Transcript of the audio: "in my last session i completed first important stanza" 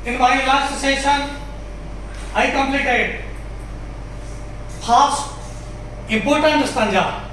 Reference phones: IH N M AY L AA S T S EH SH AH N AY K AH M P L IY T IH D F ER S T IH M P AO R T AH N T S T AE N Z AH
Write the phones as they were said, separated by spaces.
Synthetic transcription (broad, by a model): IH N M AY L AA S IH S EH SH AH N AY K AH M P L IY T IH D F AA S IH M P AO R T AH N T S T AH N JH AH